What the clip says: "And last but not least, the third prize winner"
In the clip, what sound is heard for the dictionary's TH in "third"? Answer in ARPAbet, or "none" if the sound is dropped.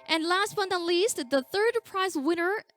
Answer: TH